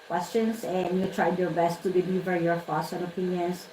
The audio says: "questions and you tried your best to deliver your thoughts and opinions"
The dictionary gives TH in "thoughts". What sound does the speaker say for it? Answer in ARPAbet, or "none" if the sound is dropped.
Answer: F